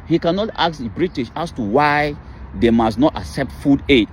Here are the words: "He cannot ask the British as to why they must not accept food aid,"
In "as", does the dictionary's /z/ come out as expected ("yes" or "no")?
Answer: no